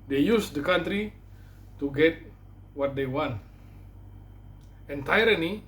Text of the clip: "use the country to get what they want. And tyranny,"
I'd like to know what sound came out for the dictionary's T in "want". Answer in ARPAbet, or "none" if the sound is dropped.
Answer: T